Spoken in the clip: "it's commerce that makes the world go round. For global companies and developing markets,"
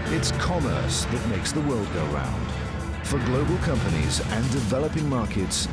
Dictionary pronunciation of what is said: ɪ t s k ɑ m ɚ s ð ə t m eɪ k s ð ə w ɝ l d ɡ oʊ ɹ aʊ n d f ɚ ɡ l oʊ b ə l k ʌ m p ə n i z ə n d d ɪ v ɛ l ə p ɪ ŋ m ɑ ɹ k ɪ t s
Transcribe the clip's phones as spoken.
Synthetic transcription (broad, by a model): ɪ t s k ɑ m ɚ s ð ə t m eɪ k s ð ə w ɝ l d ɡ oʊ ɹ aʊ n d f ɚ ɡ l oʊ b ə l k ʌ m p ə n i z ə n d d ɪ v ɛ l ə p ɪ ŋ m ɑ ɹ k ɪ t s